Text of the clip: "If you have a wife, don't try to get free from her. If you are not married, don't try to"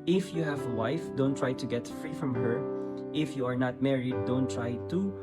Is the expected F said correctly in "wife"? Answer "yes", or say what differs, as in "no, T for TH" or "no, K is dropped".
yes